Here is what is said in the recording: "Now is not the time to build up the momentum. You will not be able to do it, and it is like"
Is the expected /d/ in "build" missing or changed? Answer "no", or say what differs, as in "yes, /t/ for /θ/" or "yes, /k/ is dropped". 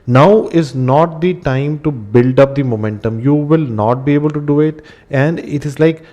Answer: no